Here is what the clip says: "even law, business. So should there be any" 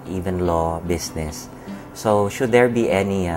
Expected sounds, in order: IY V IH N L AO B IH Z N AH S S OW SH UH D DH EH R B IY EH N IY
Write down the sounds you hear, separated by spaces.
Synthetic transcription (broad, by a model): IY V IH N L AO B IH S N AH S S OW SH UH D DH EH R B IY EH N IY